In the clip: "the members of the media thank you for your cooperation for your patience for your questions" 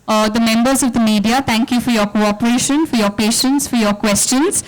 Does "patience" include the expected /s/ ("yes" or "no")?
yes